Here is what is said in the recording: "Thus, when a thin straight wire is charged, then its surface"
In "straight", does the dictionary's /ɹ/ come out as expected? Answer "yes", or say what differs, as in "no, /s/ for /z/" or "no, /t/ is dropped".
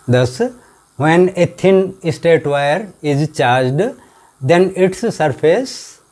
no, /ɹ/ is dropped